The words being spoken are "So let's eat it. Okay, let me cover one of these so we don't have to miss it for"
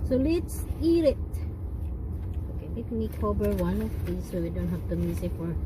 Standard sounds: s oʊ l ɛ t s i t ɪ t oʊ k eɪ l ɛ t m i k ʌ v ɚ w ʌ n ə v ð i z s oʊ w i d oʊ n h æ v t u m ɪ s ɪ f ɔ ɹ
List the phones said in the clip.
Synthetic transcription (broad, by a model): s oʊ l ɛ t s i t ɪ t oʊ k eɪ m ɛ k m i k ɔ b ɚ w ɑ n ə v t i s oʊ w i d oʊ n h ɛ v t u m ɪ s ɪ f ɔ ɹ